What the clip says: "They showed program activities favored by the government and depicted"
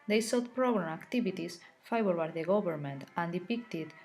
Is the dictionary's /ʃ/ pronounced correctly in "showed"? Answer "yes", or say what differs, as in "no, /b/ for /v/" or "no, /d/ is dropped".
no, /s/ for /ʃ/